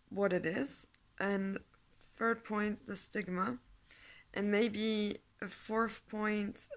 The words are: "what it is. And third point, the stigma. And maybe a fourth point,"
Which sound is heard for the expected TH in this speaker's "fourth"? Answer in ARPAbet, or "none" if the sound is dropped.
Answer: TH